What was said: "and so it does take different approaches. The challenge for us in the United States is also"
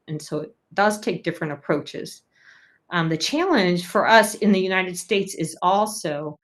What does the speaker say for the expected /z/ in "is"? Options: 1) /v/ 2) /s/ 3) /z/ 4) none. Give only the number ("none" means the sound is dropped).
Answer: 3